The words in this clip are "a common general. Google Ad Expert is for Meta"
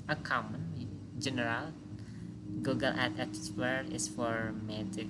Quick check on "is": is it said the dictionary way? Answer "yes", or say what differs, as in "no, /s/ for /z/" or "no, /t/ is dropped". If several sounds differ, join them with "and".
no, /s/ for /z/